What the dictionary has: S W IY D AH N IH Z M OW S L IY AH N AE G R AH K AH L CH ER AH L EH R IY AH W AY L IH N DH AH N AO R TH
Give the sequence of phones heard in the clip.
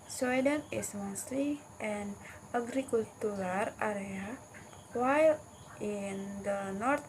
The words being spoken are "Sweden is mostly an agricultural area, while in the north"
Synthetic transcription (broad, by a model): S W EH D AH N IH S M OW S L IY AH N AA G R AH K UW L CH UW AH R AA R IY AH W AY L IH N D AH N AO R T